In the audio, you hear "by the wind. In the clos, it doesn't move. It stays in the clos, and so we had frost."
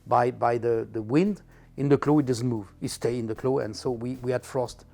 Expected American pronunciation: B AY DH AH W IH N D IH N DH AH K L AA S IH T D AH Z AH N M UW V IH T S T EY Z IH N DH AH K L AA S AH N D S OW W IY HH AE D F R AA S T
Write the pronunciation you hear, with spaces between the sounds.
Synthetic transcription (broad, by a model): B AY DH AH W IH N D IH N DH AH K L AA IH T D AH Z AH N M UW V IH T S T EY IH N DH AH K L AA AH N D S OW W IY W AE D F R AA S T